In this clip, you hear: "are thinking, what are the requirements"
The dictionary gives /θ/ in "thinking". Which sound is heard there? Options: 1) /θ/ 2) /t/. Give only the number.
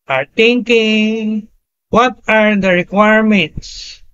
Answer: 2